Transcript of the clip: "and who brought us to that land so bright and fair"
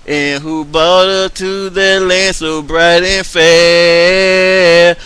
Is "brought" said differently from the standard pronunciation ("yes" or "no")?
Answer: yes